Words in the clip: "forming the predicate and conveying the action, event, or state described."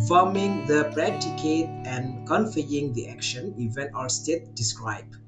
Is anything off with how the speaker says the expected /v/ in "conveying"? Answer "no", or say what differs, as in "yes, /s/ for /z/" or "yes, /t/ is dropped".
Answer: yes, /f/ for /v/